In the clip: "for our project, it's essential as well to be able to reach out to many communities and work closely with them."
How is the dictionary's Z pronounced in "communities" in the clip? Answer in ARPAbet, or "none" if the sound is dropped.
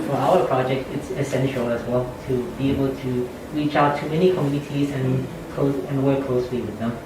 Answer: Z